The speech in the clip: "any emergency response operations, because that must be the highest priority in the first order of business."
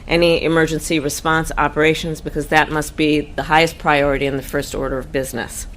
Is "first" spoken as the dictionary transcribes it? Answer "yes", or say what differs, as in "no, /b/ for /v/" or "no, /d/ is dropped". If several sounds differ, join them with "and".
yes